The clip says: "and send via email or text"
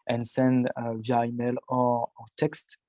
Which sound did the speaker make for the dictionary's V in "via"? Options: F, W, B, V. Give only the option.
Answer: V